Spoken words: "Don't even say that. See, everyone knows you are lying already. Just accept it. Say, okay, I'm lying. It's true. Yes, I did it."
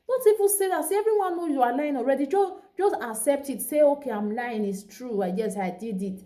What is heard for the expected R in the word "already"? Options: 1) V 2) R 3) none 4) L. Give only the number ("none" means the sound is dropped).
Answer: 2